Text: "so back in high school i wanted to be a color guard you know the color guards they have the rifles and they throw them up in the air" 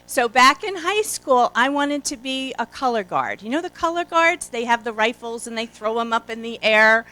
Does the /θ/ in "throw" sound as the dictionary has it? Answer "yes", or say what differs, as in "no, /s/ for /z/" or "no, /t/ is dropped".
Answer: yes